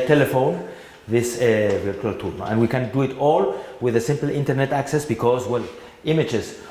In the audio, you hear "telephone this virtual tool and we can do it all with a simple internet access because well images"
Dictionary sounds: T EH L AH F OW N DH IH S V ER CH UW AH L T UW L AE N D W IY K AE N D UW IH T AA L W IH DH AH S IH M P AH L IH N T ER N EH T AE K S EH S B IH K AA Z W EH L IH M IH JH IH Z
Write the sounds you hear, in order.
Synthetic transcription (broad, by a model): T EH L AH F OW N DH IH S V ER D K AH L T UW N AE N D W IY K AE N D UW IH T AA L W IH DH AH S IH M P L IH N T ER N EH T AE K S EH S B IH K AA Z W EH L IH M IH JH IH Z